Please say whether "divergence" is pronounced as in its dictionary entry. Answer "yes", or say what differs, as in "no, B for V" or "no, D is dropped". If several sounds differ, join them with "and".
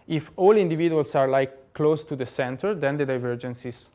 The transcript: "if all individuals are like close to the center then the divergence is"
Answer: yes